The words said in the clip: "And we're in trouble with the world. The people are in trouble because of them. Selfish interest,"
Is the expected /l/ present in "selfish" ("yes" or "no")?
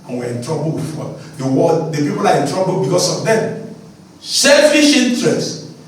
yes